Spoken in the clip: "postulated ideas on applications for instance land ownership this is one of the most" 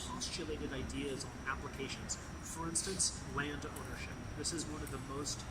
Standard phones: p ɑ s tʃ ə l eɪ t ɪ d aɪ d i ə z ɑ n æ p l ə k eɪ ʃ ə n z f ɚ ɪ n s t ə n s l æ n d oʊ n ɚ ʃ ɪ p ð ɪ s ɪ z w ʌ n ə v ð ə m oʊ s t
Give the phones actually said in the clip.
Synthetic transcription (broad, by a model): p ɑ s tʃ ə l eɪ t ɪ d aɪ d i ə z n æ p l ə k eɪ ʃ ə n z f ɚ ɪ n s t ə n s l æ n d oʊ n ɚ ʃ ɪ p ð ɪ s ɪ z w ʌ n ə v ð ə m oʊ s t